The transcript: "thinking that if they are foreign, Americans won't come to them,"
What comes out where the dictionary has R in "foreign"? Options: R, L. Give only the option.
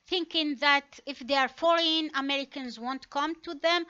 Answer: L